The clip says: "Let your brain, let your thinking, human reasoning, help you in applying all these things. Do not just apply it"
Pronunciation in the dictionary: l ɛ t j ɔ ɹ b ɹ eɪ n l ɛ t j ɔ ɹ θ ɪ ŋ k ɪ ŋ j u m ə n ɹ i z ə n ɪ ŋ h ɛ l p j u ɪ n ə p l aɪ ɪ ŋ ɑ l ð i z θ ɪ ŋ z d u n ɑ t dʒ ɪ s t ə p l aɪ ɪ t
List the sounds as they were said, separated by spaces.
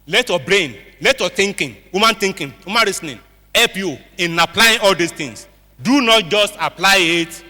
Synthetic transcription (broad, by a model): l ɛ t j ɔ b ɹ eɪ n l ɛ t j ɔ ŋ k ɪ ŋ k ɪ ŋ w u m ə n ɹ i s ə n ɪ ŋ h ɛ l p j u ɪ n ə p l aɪ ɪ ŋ ɑ l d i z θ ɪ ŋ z d u n ɑ t dʒ ɪ s t ə p l aɪ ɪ t